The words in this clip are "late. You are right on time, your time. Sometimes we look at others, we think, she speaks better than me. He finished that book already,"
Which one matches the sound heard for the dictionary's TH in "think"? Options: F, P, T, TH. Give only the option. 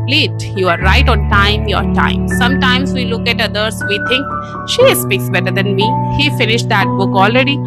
T